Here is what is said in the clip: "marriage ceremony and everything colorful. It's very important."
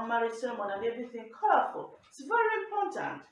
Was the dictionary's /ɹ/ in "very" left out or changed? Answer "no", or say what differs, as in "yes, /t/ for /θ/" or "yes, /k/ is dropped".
no